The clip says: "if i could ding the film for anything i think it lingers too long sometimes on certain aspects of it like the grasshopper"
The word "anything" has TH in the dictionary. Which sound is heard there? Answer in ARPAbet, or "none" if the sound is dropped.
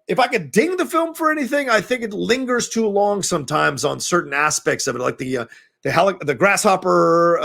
TH